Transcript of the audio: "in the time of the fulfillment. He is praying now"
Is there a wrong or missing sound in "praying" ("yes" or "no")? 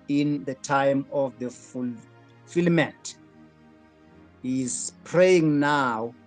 no